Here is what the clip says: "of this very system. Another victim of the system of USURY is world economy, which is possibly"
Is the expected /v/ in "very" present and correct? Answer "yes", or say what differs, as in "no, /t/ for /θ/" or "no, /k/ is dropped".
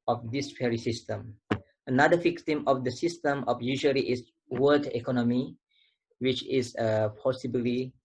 no, /f/ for /v/